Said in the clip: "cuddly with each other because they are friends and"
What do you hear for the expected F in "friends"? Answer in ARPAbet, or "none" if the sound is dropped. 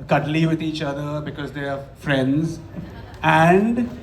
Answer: F